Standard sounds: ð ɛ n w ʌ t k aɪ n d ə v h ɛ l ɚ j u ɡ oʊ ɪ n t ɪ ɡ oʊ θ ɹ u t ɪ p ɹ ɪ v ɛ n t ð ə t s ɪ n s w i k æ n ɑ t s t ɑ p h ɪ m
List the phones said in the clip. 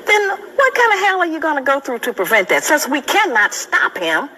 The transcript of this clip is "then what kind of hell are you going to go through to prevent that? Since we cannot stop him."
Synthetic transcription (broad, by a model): ð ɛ n w ʌ t k aɪ n d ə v h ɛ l ɚ j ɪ ɡ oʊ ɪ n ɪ ɡ oʊ θ ɹ u t ɪ p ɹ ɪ v ɛ n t ð ə t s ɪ s w i k æ n ɑ t s t ɑ p h ɪ m